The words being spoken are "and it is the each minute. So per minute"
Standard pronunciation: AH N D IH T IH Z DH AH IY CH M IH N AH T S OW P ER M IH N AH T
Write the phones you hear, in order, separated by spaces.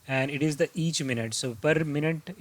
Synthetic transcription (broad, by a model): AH N D IH T IH Z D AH IY CH M IH N AH T S OW P ER M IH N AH T